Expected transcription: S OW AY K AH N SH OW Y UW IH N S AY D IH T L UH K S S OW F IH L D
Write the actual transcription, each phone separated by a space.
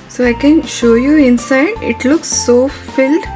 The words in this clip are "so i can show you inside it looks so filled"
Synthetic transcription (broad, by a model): S OW AY K AH N SH OW Y UW IH N S AY D IH T L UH K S S OW F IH L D